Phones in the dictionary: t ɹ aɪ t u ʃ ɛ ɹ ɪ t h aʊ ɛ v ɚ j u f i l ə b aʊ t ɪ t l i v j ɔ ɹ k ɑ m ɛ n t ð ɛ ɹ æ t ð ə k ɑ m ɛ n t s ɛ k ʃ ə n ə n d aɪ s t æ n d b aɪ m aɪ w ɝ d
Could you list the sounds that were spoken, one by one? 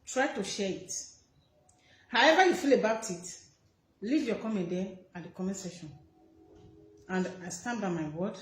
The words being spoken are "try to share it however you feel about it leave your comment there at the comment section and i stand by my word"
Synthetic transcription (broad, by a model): t ɹ aɪ t u ʃ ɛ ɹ ɪ t h aʊ ɛ v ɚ j u f i l ə b aʊ t ɪ t l i v j ɔ k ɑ m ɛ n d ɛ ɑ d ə k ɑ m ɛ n s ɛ ʃ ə n ə n d aɪ s t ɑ n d b aɪ m aɪ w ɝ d